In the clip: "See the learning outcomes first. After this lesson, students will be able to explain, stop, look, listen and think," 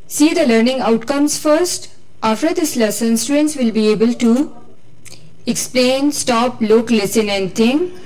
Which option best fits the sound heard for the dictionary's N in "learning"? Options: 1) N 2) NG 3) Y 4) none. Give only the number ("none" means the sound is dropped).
1